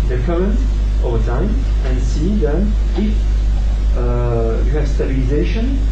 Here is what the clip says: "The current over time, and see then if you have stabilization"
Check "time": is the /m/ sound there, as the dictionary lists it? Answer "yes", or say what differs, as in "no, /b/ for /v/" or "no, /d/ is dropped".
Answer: yes